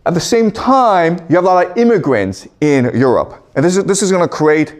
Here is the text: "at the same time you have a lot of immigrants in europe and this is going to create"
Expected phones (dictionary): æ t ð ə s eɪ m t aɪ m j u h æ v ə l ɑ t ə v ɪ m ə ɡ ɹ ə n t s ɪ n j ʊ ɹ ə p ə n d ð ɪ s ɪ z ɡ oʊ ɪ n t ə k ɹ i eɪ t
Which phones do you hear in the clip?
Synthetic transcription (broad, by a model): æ t ð ə s eɪ m t aɪ m j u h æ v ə l ɑ t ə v ɪ m ə ɡ ɹ ə n t s ɪ n j ʊ ɹ ə p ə n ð ð ɪ s ɪ z ɡ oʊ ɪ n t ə k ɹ i eɪ t